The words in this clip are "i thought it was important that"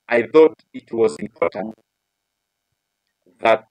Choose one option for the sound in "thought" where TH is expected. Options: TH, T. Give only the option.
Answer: TH